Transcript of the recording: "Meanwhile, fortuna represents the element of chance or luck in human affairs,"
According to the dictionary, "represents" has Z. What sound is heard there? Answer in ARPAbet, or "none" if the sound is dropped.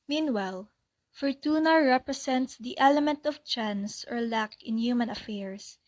S